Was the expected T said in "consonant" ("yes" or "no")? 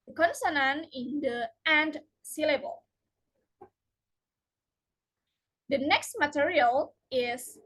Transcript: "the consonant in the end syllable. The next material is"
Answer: no